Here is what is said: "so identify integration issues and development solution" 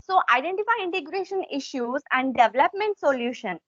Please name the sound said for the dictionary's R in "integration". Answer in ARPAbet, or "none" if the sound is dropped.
R